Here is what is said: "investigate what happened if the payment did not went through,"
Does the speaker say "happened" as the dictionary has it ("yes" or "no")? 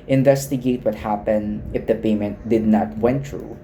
yes